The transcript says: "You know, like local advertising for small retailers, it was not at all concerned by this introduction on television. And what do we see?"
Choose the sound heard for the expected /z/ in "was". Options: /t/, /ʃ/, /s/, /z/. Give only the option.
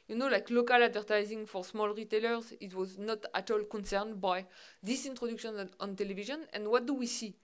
/z/